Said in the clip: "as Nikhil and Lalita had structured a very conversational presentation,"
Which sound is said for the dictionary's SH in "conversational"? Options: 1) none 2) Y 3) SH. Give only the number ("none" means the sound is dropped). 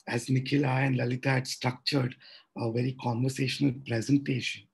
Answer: 3